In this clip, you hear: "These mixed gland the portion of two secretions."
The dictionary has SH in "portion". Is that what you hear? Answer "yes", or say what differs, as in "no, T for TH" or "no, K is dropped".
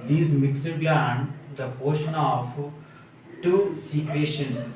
yes